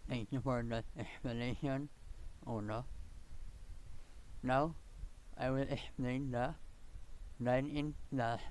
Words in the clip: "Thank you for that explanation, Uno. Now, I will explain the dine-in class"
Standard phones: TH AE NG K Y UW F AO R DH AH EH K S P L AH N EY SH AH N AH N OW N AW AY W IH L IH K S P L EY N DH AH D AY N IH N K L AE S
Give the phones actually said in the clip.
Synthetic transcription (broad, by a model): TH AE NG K Y UW F AO R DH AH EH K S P AH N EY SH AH N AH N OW N AW AY W IH L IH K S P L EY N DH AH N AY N IH N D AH